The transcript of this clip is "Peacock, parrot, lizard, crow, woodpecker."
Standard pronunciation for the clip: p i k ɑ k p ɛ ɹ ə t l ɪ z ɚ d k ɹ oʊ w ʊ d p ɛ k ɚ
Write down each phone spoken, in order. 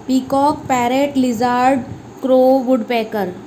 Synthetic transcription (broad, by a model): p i k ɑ k p ɛ ɹ ə t l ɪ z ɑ d k ɹ oʊ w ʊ d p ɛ k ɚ